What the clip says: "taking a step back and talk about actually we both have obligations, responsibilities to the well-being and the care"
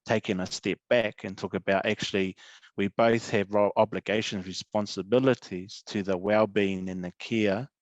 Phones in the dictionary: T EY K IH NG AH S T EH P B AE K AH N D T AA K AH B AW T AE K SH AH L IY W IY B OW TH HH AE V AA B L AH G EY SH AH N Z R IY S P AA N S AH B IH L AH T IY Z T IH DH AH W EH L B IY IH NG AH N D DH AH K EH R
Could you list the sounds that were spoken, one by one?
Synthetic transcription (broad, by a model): T EY K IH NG AH S T EH P B AE K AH N T AA K AH B AW T AE K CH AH L IY W IY B OW TH HH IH V AA B L AH G EY SH AH N Z R IY S P AA N S AH B IH L AH T IY Z T IH DH AH W EH L B IY IH NG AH N DH AH K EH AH